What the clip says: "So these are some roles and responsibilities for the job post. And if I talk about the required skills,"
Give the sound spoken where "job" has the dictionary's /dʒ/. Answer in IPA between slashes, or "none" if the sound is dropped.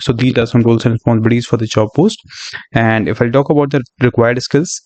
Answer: /tʃ/